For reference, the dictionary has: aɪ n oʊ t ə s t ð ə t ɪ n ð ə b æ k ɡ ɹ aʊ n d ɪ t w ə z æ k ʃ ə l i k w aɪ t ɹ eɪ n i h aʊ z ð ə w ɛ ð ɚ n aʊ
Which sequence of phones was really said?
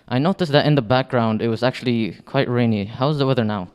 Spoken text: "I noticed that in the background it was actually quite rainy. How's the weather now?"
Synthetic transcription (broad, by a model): aɪ n oʊ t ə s ð ə t ɪ n ð ə b æ k ɡ ɹ aʊ n d ɪ t w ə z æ k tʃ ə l i k w aɪ t ɹ eɪ n i h aʊ z ð ə w ɛ ð ɚ n aʊ